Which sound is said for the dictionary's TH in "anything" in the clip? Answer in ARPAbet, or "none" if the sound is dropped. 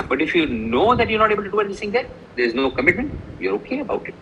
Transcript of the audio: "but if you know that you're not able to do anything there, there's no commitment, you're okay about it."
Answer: S